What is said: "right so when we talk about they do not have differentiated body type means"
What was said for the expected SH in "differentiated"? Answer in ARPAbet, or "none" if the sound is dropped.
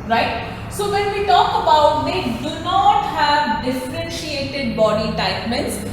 SH